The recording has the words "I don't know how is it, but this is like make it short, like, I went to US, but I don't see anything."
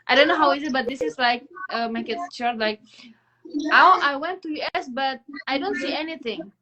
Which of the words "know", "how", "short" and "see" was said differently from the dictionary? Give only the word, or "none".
short